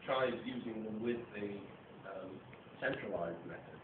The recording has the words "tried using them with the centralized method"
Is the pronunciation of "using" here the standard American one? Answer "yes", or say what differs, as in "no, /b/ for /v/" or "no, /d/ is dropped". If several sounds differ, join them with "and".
yes